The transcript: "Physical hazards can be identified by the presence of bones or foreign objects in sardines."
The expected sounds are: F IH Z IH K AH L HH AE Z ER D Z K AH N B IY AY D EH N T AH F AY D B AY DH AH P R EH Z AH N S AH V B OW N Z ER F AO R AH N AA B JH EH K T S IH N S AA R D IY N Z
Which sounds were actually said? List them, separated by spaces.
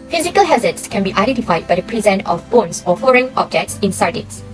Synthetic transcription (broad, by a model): F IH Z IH K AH L HH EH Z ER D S K AH N B IY AY D EH N T AH F AY D B AY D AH P R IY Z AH N AH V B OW N S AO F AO R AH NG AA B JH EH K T S IH N S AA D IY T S